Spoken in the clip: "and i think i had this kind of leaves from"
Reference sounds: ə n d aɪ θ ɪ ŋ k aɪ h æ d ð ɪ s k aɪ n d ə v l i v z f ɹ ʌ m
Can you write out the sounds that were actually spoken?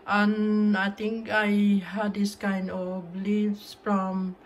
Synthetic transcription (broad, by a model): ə n aɪ t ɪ ŋ k aɪ h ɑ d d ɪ s k aɪ n d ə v l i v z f ɹ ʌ m